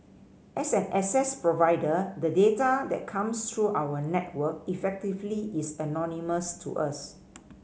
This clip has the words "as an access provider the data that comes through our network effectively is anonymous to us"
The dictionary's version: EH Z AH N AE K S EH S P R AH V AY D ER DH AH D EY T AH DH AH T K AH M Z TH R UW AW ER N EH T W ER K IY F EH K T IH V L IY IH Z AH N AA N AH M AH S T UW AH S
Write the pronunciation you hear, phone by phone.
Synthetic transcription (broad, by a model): EH S AH N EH S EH S P R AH V AY D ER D AH D EY T AH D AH T K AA M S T R UW AW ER N EH T W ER K IY F EH K T IH V L IY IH S AH N AA N AH M AH S T UW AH S